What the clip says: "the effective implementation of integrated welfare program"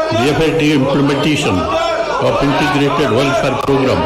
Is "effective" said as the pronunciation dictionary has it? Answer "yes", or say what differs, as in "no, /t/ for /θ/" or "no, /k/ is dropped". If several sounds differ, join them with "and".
no, /v/ is dropped